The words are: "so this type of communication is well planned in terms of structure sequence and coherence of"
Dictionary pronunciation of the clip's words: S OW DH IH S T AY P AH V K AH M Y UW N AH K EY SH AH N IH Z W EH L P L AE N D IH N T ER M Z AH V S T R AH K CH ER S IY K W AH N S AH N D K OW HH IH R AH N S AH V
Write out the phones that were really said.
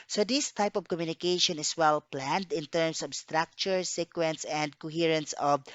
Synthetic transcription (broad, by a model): S OW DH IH S T AY P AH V K AH M Y UW N AH K EY SH AH N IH S W EH L P L AE N D IH N T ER M S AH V S T R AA K CH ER S IY K W AH N S AH N D K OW HH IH R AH N S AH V